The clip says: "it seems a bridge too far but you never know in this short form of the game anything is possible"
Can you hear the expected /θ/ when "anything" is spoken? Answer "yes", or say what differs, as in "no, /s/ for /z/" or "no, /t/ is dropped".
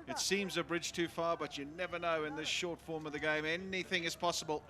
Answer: yes